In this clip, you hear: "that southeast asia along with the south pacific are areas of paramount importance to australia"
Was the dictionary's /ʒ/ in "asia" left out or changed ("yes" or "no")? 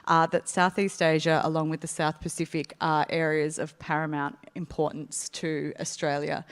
no